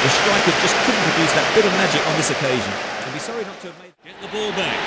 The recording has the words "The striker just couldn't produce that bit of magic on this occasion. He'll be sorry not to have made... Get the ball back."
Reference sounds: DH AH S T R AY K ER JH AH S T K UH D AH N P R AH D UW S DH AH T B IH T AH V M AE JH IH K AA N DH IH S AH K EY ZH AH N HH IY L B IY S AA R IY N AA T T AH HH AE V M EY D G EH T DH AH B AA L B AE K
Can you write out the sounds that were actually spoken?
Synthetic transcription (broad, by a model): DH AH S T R AY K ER JH AH S K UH D N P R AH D UW S DH AH T B IH T AH V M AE JH IH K N DH IH S AH K EY ZH AH N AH B IY S AA R IY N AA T T AH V M EY D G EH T DH AH B AA L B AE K